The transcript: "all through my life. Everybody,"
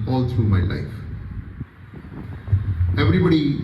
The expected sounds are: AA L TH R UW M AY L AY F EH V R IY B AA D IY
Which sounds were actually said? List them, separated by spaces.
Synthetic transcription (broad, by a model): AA L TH R UW M AY L AY F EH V R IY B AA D IY